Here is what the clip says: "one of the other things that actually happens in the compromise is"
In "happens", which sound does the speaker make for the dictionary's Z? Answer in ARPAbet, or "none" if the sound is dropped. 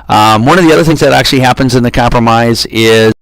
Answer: Z